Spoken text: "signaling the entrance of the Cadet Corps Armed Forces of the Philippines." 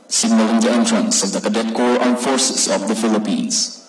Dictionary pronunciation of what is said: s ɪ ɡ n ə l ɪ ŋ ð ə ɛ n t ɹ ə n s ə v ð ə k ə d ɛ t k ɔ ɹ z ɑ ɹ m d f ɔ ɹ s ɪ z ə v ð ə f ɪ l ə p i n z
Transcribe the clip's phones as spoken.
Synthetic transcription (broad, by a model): s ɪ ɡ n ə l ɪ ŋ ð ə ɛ n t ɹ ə n s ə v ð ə k ə d ɛ t k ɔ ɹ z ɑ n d f ɔ ɹ s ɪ s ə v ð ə f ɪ l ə p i n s